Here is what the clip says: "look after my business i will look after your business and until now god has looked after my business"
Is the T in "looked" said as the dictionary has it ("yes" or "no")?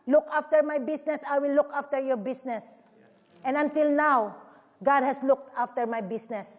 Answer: yes